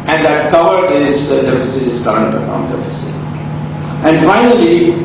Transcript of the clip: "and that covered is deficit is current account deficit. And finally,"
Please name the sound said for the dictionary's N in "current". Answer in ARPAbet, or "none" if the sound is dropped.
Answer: none